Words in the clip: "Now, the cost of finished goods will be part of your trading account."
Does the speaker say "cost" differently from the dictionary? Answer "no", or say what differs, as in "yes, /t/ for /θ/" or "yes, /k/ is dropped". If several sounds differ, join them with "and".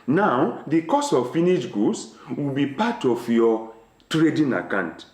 yes, /t/ is dropped